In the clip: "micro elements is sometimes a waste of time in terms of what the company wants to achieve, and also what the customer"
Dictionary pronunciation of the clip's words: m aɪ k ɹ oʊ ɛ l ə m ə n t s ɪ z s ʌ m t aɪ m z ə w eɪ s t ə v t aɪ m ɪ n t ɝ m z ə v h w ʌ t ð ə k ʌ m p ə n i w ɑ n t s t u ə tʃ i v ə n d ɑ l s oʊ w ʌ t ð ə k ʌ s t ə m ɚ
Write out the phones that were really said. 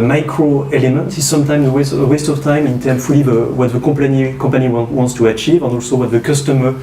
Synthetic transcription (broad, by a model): m aɪ k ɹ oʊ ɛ l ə m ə n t ɪ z s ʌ m t aɪ m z ə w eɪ s t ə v t aɪ m ɪ n t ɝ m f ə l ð w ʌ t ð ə k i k p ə n i w ɑ n t s t u ə tʃ i v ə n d ɑ l s oʊ w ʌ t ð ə k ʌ s t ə m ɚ